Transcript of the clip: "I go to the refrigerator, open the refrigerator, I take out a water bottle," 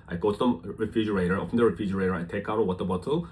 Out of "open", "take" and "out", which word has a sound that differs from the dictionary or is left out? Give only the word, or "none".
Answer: open